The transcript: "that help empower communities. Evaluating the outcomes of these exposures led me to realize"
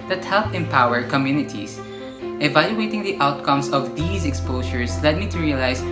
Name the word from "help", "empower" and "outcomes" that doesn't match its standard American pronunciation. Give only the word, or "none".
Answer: outcomes